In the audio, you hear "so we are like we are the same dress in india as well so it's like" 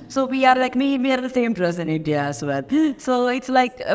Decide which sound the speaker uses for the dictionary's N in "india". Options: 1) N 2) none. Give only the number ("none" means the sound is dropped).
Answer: 2